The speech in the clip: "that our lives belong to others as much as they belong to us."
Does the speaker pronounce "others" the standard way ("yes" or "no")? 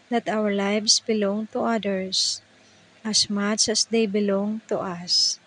no